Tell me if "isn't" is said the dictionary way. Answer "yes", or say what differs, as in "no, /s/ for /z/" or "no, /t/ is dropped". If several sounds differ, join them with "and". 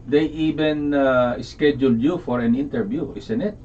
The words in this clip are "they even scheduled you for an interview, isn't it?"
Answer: no, /s/ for /z/